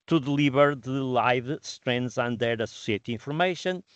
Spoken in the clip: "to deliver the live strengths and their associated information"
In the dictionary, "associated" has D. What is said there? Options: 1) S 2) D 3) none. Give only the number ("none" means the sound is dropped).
3